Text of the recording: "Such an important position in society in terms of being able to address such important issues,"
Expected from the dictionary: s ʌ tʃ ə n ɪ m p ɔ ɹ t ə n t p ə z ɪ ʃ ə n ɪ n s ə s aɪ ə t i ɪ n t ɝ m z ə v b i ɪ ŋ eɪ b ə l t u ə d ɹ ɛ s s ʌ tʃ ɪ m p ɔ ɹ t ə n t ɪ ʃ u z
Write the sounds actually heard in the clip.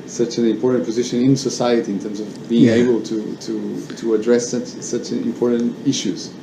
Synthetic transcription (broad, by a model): s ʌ tʃ ə n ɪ m p ɔ ɹ t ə n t p ə z ɪ ʃ ə n ɪ n s ə s aɪ ə t i ɪ n t ɝ m z ə v b i ɪ ŋ eɪ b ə l t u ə d ɹ ɛ s s ʌ tʃ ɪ m p ɔ ɹ t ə n t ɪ ʃ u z